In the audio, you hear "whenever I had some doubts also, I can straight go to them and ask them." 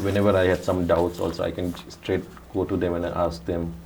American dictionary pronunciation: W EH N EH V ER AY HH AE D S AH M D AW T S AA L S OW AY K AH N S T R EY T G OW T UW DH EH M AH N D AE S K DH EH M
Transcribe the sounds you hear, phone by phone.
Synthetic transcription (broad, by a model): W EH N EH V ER AY HH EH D S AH M D AW T S AA L S OW AY K AH N S T R EY T G OW T UW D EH M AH N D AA S K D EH M